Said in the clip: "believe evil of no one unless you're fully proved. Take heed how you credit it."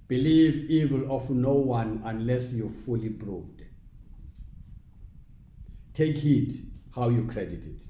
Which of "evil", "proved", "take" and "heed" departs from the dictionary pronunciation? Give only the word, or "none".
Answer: proved